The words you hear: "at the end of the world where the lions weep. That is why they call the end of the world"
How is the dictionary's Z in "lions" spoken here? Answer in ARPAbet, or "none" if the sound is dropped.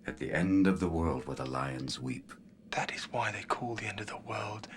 Z